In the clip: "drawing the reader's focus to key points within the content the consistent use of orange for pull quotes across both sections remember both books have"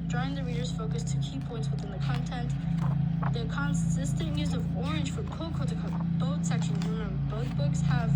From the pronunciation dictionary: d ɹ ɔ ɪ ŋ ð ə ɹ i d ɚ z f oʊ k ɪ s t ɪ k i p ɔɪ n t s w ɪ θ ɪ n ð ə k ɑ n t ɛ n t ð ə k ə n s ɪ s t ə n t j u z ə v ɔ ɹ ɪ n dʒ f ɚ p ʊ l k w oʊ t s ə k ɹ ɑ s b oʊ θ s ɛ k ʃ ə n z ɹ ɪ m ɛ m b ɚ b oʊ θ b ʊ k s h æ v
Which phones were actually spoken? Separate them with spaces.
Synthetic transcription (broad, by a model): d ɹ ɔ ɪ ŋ ð ə ɹ i d ɚ z f oʊ k ɪ s t ɪ k i p ɔɪ n t s w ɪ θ ɪ n ð ə k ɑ n t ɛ n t ð ə k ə n s ɪ s t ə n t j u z ə v ɔ ɹ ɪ n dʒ f ɚ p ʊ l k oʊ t ə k ɑ b oʊ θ s ɛ k ʃ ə n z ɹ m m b b oʊ θ b ʊ k s h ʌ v